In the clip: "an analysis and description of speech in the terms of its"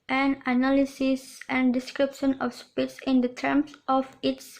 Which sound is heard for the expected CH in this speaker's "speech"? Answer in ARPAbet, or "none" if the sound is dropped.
S